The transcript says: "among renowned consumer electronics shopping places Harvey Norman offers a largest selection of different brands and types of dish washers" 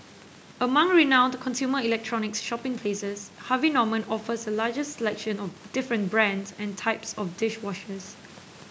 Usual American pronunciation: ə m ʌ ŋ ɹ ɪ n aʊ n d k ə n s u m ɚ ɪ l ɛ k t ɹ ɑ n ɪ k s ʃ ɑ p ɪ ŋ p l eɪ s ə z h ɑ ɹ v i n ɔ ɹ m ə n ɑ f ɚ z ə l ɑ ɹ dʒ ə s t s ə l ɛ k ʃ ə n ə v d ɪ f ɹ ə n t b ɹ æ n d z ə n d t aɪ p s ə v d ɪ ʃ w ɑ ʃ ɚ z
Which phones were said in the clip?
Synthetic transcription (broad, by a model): ə m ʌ ŋ ɹ ɪ n aʊ n d k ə n s u m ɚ ɪ l ɛ k t ɹ ɑ n ɪ k s ʃ ɑ p ɪ ŋ p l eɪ s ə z h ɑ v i n ɔ m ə n ɑ f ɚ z ə l ɑ dʒ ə s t s ə l ɛ k ʃ ə n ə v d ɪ f ɹ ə n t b ɹ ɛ n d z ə n t aɪ p s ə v d ɪ ʃ w ɑ ʃ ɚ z